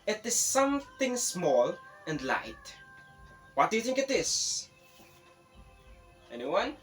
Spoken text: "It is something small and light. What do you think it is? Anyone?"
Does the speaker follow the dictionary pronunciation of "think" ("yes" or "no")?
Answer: yes